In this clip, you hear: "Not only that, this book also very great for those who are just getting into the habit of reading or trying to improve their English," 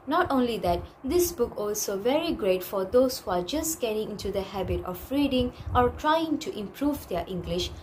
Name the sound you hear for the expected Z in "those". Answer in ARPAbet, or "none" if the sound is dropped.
S